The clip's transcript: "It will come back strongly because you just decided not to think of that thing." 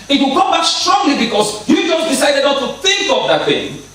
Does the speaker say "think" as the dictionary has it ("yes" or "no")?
yes